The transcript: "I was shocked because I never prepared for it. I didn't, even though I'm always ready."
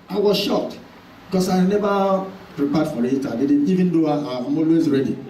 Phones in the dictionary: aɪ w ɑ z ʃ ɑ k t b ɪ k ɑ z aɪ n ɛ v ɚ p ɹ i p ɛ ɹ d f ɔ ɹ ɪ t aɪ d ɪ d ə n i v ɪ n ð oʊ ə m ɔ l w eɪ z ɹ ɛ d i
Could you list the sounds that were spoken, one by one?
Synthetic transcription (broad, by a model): aɪ w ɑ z ʃ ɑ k t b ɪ k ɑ s aɪ n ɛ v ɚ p ɹ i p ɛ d f ɔ ɹ ɪ t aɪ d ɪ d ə i v ɪ n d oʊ ə m ɔ l w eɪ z ɹ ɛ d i